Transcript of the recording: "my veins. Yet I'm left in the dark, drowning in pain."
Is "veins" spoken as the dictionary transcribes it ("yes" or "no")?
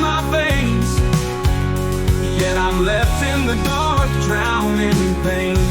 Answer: no